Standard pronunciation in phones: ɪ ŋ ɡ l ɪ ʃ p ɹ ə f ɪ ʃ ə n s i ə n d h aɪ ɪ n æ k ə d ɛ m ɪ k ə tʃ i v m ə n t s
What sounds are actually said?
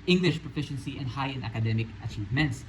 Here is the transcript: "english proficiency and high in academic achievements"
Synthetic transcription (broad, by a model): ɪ ŋ ɡ l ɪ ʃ p ɹ ə f ɪ ʃ ə n s i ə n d h aɪ ɪ n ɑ k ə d ɛ m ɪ k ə tʃ i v m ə n t s